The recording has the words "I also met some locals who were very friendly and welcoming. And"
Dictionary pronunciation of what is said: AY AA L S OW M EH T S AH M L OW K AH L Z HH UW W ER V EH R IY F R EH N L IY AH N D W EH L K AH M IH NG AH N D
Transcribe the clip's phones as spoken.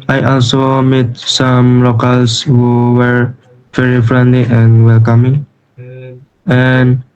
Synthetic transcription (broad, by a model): AY AA L S OW M EH T S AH M L OW K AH L S HH UW W ER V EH R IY F R EH N L IY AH N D W EH L K AH M IH NG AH N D